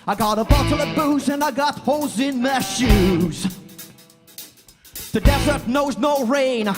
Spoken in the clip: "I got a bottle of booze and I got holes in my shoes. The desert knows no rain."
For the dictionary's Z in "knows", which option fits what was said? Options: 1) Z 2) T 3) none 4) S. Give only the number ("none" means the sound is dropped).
1